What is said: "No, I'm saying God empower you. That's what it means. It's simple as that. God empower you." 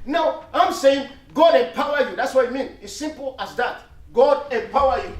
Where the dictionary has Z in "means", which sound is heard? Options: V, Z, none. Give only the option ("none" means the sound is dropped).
none